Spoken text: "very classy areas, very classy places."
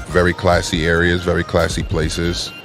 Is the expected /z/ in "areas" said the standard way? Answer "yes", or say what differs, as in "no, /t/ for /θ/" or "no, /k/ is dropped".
yes